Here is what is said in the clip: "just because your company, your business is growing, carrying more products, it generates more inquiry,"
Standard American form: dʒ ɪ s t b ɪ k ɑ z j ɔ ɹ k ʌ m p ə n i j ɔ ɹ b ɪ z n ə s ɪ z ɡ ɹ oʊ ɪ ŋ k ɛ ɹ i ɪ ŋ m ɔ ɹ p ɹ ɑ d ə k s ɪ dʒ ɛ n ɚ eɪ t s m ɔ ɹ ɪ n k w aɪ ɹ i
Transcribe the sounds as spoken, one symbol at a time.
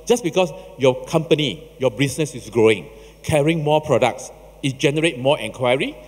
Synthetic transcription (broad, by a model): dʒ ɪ s b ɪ k ɑ s j ɔ k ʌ m p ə n i j ɔ b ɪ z n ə s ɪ s ɡ ɹ oʊ ɪ ŋ k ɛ ɹ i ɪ ŋ m ɔ p ɹ ɑ d ə k s ɪ dʒ ɛ n ɚ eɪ t m ɔ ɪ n k w aɪ ɹ i